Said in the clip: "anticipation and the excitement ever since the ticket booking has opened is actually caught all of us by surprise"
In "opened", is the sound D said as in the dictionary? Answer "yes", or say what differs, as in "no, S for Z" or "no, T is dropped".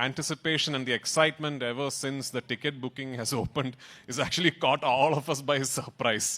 yes